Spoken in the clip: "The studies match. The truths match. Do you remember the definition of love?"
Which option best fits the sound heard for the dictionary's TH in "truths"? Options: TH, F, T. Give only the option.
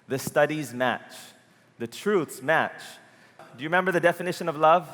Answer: TH